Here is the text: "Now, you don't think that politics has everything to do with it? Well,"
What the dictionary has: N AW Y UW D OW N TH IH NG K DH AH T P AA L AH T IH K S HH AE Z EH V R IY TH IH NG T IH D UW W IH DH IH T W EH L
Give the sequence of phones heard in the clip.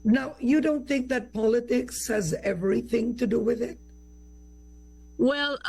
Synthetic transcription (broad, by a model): N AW Y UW D OW N TH IH NG K DH AH T P AA L AH T IH K S HH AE Z EH V R IY TH IH NG T IH D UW W IH DH IH T W EH L